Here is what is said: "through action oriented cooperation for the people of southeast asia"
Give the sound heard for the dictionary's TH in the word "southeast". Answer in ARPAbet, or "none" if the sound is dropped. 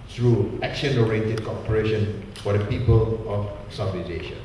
F